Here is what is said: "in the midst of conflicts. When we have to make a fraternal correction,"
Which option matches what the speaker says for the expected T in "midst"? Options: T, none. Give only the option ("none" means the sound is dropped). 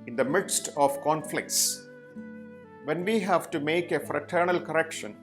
T